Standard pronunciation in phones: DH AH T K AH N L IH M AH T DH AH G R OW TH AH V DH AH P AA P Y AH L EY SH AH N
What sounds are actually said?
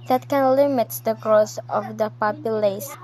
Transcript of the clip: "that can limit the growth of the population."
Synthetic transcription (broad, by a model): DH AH T K AH N L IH M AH T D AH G R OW S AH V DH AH P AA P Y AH L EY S